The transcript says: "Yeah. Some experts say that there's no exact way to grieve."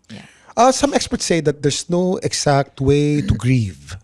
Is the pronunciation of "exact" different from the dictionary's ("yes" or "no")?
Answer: yes